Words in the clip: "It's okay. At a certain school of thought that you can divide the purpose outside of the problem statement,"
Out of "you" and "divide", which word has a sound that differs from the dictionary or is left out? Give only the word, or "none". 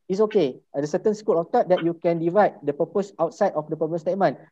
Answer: none